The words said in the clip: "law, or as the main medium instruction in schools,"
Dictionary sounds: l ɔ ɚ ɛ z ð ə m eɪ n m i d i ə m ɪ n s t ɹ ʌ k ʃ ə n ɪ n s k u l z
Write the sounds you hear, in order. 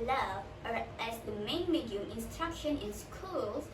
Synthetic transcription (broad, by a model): l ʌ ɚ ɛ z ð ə m eɪ n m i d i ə m ɪ n s t ɹ ʌ k ʃ ə n ɪ n s k u l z